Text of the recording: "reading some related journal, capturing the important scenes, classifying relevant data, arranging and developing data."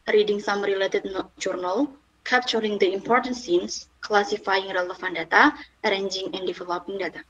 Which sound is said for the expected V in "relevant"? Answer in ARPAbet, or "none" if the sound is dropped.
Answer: F